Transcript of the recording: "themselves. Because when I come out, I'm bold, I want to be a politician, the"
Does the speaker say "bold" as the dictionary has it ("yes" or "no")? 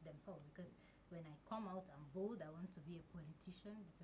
no